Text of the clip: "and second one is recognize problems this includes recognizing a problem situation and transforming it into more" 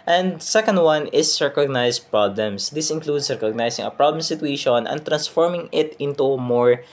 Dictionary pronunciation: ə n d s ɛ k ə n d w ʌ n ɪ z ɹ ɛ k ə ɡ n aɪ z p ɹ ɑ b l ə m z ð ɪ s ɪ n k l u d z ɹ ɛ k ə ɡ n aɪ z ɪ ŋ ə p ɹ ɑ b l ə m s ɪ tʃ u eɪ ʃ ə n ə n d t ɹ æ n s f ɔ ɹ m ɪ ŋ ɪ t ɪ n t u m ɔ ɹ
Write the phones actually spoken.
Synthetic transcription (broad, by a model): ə n d s ɛ k ə n d w ʌ n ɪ s ɹ k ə ɡ n aɪ s p ɹ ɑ b l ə m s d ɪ s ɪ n k l u d s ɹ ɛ k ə ɡ n aɪ s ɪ ŋ ə p ɹ ɑ b l ə m s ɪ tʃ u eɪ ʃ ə n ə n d t ɹ æ n s f ɔ ɹ m ɪ ŋ ɪ t ɪ n t u m ɔ ɹ